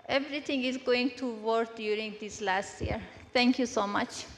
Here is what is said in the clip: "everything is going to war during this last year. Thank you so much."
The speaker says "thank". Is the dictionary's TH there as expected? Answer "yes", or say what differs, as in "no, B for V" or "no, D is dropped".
no, T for TH